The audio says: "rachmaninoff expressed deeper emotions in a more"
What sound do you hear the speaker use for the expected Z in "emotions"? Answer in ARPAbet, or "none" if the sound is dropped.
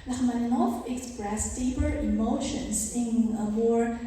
S